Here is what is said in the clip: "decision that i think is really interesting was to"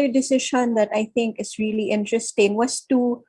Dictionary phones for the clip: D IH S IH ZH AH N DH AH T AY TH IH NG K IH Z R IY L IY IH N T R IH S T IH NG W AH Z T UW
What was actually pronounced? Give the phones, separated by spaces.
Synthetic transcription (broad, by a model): D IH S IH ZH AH N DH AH T AY TH IH NG K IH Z R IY L IY IH N T R IH S T IH NG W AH S T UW